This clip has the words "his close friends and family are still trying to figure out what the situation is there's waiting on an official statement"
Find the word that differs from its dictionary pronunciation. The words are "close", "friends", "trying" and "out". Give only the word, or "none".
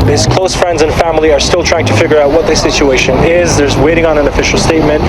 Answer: none